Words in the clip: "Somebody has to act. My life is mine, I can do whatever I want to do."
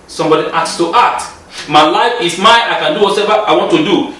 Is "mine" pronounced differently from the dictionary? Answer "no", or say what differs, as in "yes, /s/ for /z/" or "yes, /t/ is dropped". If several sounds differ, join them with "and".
yes, /n/ is dropped